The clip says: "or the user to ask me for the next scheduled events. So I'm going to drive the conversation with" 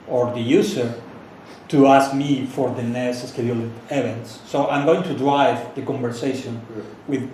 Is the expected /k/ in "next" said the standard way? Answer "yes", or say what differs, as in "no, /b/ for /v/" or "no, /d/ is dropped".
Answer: no, /k/ is dropped